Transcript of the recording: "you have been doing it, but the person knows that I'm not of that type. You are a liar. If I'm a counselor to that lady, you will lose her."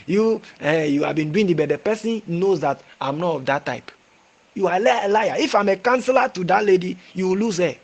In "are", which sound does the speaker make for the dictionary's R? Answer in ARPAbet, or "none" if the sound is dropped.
L